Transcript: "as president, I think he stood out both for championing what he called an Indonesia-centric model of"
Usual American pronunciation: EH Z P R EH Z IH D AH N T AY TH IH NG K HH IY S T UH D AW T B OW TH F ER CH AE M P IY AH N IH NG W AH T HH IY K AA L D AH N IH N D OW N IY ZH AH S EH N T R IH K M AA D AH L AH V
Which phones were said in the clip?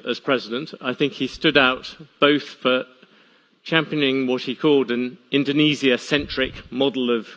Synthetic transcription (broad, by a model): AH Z P R EH Z IH D AH N T AY TH IH NG K HH IY S T UH D AW T B OW TH F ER CH AE M P IY AH N IH NG W AH T HH IY K AA L D AH N IH N D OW N IY Z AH S EH N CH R IH K M AA D L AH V